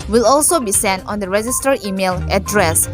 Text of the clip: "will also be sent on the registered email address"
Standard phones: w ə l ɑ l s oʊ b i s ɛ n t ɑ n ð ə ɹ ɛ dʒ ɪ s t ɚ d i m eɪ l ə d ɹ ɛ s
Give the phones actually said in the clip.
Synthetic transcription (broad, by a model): w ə l ɑ l s oʊ b i s ɛ n t ɑ n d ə ɹ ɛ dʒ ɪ s t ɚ i m eɪ l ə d ɹ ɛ s